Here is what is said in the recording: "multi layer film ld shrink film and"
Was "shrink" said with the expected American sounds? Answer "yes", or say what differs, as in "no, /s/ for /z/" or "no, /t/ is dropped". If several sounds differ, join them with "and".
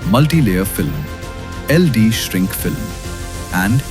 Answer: yes